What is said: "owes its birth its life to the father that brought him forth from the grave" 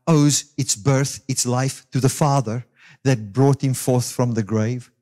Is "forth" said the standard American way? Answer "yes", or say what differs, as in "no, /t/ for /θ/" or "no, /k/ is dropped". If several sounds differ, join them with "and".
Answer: yes